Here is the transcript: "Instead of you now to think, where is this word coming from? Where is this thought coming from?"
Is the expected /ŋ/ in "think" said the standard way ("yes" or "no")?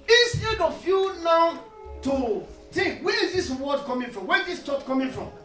no